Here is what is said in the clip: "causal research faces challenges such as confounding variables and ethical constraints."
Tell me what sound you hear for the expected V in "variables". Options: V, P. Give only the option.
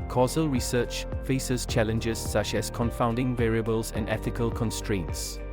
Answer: V